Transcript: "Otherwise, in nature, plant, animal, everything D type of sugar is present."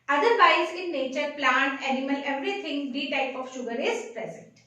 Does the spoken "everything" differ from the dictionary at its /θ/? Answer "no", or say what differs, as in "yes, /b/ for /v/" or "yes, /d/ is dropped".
yes, /t/ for /θ/